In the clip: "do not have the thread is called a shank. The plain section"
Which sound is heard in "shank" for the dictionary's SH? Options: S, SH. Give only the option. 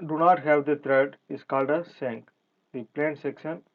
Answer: S